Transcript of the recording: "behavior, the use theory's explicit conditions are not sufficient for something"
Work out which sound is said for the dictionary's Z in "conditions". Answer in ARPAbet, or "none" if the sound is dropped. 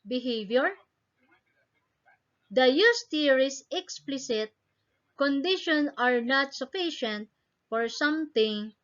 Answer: none